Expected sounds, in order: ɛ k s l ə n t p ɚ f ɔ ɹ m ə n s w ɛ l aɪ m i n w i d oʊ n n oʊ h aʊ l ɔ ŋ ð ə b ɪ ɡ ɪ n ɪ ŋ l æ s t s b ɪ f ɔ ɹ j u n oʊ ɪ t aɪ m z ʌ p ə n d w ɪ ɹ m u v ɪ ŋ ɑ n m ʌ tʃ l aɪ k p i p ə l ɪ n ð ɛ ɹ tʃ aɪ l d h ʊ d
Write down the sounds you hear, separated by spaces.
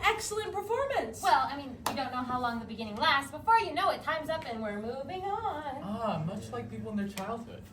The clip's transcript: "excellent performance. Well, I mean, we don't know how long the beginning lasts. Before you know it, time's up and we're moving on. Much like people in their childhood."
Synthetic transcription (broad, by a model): ɛ k s l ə n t p ɚ f ɔ ɹ m ə n s w ɛ l aɪ m i n w i d oʊ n n oʊ h aʊ l ɔ ŋ ð ə b ɪ ɡ ɪ n ɪ ŋ l æ s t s b ɪ f ɔ ɹ j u n oʊ ɪ t aɪ m z ʌ p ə n w ɪ ɹ m u v ɪ ŋ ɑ n m ʌ tʃ l aɪ k p i p l ɪ n ð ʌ ɹ tʃ aɪ l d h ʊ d